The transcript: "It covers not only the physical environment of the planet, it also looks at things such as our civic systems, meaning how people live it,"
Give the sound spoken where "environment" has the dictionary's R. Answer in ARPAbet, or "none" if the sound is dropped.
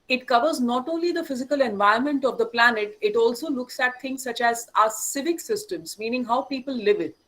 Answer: none